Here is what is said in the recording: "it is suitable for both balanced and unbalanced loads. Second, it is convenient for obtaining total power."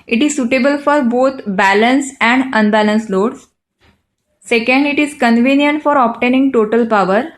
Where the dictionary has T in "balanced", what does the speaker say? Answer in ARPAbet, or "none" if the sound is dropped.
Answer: none